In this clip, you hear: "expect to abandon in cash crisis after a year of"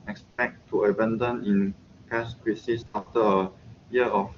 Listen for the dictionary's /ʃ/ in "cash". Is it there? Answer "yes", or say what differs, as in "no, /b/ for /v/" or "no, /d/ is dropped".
no, /s/ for /ʃ/